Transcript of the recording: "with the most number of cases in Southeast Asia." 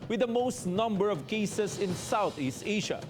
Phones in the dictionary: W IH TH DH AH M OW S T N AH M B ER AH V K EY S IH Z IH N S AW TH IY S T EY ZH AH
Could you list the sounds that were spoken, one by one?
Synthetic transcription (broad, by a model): W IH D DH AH M OW S T N AH M B ER AH V K EY S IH S IH N S AW TH IY S T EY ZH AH